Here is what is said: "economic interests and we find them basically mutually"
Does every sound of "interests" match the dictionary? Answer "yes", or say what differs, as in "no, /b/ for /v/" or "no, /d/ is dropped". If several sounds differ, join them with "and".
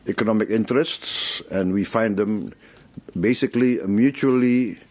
yes